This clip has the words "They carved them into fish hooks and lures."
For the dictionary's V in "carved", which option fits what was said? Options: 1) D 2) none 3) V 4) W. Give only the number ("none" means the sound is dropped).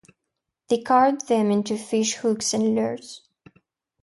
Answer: 2